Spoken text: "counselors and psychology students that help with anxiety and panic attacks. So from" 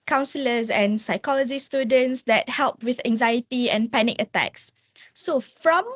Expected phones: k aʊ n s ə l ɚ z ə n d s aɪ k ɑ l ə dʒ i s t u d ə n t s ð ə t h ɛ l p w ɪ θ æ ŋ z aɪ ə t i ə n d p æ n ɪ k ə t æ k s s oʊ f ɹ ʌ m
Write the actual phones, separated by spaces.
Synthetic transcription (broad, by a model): k aʊ n s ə l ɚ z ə n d s aɪ k ɑ l ə dʒ i s t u d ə n t s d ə t h ɛ l p w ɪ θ æ ŋ z aɪ ə t i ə n p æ n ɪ k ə t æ k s s oʊ f ɹ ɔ m